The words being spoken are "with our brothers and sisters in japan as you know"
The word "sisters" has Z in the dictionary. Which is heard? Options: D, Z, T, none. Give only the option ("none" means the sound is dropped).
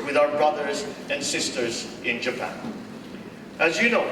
Z